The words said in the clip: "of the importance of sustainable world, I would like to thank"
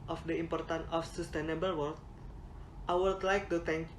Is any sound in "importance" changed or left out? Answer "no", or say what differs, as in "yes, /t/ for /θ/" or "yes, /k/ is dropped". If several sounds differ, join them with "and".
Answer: yes, /s/ is dropped